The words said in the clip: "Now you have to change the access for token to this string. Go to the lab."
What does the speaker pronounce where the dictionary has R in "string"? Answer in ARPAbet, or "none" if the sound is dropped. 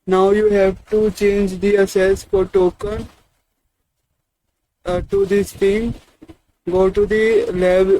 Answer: none